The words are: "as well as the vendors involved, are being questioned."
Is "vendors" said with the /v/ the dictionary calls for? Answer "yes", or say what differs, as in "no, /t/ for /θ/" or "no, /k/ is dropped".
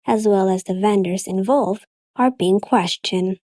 yes